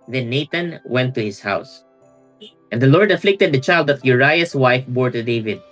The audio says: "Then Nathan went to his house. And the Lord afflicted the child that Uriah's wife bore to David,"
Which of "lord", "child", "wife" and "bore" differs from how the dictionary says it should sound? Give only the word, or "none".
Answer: none